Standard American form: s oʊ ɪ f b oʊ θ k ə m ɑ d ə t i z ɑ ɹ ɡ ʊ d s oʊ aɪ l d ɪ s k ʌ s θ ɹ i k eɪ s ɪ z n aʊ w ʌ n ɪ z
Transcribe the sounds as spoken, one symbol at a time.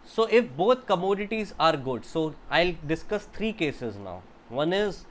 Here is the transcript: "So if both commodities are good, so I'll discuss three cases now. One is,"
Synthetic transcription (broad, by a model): s oʊ ɪ f b oʊ t k ə m ɑ d ə t i z ɑ ɹ ɡ ʊ d s oʊ aɪ l d ɪ s k ʌ s t ɹ i k eɪ s ɪ z n aʊ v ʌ n ɪ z